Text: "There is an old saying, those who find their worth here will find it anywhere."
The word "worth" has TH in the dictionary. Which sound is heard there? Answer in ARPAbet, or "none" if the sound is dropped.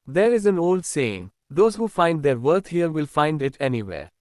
T